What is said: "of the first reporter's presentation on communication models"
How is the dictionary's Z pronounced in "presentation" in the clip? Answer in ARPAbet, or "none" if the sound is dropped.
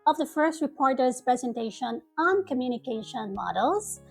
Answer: Z